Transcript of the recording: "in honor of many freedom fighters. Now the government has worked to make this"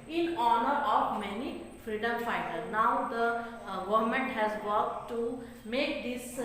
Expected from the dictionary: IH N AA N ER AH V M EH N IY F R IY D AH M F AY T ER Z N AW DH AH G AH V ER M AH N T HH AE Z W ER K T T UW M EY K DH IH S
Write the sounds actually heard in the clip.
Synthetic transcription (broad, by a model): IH N AA N ER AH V M EH N IY F R IY D AH M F AY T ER N AW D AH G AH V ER M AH N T HH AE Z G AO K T T UW M EY K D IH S